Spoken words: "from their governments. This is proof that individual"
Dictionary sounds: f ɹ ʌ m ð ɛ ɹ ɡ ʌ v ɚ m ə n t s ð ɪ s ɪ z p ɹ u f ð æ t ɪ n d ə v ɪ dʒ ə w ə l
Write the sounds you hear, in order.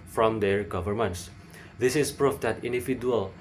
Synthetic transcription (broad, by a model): f ɹ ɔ m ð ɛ ɹ ɡ ʌ v ɚ m ə n t s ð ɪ s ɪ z p ɹ u f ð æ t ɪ n d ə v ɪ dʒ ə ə l